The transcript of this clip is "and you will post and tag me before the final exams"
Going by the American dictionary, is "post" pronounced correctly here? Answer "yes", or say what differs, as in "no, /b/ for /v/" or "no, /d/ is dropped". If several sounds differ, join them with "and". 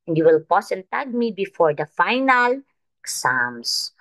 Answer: no, /t/ is dropped